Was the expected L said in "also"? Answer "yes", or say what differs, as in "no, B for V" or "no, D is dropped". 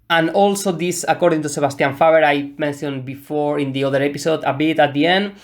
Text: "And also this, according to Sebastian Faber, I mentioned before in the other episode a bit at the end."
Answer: yes